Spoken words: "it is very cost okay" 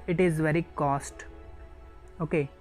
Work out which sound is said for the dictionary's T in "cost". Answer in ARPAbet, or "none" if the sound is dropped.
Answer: T